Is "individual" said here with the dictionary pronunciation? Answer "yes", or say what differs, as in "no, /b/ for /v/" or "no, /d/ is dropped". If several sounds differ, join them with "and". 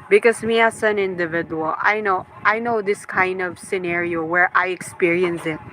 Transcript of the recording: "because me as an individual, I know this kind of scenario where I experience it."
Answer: no, /n/ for /l/